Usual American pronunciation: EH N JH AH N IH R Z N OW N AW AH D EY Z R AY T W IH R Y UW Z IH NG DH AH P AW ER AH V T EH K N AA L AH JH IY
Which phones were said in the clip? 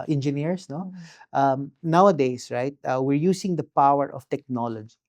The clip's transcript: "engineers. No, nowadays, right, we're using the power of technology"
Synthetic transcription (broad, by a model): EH N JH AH N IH R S N OW N AW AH D EY S R AY T W IH R Y UW S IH NG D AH P AW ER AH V T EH K N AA L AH JH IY